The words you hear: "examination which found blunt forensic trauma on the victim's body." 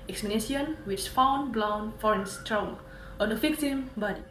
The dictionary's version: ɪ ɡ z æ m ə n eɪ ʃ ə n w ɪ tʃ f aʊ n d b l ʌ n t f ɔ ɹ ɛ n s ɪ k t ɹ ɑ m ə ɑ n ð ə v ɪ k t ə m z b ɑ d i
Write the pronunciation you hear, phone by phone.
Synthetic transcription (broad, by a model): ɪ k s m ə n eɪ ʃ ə n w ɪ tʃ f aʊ n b l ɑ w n f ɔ ɹ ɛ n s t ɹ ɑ ə ɑ n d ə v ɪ k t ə m b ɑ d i